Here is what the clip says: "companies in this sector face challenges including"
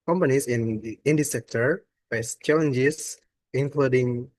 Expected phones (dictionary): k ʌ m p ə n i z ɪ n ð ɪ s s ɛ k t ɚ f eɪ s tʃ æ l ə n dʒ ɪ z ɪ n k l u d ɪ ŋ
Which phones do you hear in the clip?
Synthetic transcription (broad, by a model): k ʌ m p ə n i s ɪ n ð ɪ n s ɛ k t ɚ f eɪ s tʃ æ l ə n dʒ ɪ s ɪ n k l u d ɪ ŋ